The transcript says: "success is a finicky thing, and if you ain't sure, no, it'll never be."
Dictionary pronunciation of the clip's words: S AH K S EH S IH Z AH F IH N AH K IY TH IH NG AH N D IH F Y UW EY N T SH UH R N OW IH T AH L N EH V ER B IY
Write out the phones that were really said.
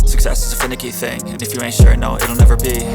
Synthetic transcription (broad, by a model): S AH K S EH S IH Z AH F IH N AH K IY TH IH NG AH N IH F Y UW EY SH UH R N OW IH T L N EH V ER B IY